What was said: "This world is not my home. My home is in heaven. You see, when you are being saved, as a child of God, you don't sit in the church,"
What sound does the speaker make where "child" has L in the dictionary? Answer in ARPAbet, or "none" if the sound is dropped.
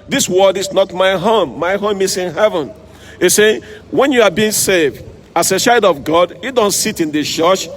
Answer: none